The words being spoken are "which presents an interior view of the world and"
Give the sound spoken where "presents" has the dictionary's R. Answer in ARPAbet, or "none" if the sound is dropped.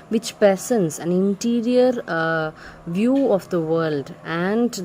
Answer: none